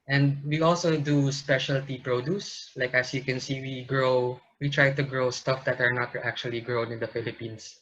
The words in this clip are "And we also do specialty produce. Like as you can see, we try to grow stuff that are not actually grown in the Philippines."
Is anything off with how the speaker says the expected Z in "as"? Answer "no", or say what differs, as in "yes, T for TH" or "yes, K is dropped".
yes, S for Z